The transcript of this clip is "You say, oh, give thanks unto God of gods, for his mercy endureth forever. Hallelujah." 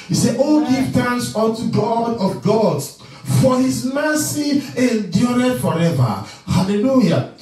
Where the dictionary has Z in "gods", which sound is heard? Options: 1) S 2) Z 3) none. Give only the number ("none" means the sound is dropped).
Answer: 3